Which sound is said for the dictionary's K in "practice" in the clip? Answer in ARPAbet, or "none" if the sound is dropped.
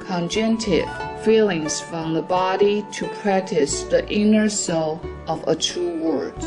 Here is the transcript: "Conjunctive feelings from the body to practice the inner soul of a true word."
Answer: K